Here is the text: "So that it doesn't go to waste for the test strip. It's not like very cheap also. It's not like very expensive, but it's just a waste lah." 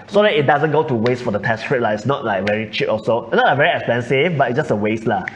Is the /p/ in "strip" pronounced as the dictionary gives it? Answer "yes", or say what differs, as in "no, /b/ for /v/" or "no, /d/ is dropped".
no, /p/ is dropped